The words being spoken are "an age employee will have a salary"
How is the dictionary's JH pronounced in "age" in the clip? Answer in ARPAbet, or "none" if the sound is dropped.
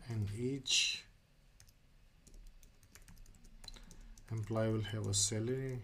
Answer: CH